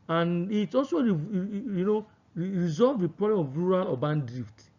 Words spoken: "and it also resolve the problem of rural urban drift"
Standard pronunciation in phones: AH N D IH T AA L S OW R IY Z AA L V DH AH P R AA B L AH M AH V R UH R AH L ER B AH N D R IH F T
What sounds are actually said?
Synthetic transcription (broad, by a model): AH N IH T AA L S OW R IY Z AA L V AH P R AA B L AH M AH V R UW R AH L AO B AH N D R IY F T